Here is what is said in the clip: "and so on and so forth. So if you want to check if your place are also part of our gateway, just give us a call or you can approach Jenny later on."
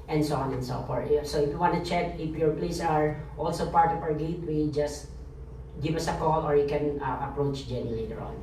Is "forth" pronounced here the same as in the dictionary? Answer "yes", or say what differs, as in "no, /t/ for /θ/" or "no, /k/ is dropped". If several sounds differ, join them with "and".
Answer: no, /t/ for /θ/